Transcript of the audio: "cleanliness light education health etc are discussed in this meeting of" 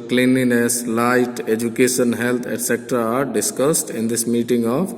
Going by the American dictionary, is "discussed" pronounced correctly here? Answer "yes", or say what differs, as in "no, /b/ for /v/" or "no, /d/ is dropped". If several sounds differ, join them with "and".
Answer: yes